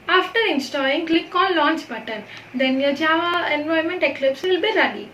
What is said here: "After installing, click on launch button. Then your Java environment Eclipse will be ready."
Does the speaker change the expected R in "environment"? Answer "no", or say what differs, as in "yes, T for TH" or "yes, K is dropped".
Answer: yes, R is dropped